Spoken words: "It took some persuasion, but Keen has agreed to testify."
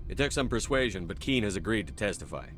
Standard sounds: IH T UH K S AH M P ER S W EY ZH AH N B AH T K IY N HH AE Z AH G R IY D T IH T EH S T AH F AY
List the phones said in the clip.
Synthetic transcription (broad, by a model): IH T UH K S AH M P ER S W EY ZH AH N B AH T K IY N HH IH Z AH G R IY D T IH T EH S T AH F AY